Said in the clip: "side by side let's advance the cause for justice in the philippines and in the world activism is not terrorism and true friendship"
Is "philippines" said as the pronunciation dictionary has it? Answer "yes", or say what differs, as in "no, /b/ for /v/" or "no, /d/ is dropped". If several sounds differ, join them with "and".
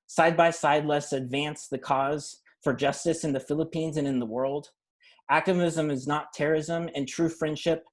yes